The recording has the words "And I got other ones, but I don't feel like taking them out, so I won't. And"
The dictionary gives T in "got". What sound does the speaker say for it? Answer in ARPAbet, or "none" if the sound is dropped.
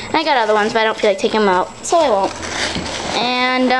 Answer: T